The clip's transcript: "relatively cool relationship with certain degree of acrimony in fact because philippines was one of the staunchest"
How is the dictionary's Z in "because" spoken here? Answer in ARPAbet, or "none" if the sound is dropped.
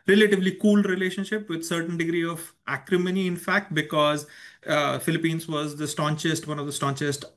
Z